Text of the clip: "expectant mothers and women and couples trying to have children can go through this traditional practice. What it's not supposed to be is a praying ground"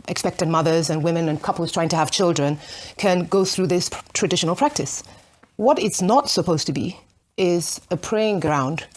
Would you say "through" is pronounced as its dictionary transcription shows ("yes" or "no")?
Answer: yes